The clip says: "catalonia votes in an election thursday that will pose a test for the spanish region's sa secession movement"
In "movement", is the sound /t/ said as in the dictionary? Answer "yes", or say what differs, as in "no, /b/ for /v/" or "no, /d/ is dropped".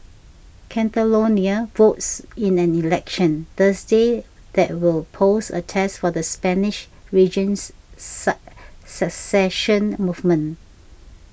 no, /t/ is dropped